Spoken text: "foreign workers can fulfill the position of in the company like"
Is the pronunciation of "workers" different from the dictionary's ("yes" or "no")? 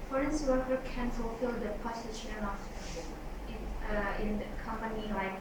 yes